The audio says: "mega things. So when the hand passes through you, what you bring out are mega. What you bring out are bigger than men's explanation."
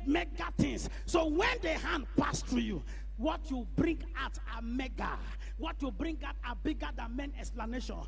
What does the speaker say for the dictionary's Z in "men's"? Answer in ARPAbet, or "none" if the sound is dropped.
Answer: none